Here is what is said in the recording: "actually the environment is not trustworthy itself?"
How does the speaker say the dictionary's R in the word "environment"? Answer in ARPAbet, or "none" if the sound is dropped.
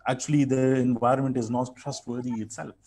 R